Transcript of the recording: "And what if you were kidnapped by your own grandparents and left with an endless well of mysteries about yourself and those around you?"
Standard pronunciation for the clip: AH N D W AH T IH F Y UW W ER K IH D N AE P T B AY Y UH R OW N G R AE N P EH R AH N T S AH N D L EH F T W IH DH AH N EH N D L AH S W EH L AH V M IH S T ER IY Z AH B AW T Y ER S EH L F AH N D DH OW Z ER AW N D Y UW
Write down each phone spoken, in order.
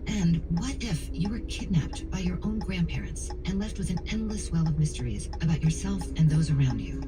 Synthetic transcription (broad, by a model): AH N W AH T IH F Y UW W ER K IH D N AE P T B AY Y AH R OW N G R AE N P EH R AH N T S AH N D L EH F T W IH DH AH N EH N D L AH S W EH L AH V M IH S T ER IY Z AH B AW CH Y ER S EH L F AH N DH OW Z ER AW N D Y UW